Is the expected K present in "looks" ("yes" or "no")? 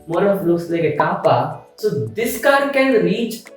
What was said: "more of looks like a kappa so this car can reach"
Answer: no